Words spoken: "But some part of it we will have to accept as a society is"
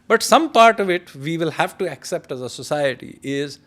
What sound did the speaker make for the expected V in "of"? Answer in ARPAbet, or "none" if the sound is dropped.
V